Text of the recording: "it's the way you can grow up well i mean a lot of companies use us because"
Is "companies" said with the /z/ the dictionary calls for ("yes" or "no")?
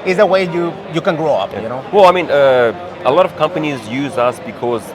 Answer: yes